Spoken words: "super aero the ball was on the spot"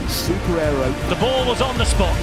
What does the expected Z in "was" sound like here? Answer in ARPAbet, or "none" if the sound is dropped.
Z